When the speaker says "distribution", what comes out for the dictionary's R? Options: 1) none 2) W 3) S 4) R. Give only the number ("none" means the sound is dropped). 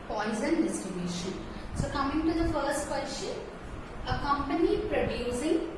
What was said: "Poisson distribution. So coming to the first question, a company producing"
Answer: 1